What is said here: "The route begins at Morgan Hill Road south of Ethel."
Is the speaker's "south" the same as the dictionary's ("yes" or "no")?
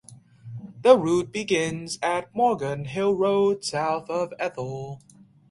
yes